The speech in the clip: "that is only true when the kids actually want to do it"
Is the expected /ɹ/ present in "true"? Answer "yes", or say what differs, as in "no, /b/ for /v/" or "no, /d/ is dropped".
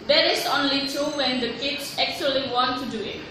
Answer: no, /ɹ/ is dropped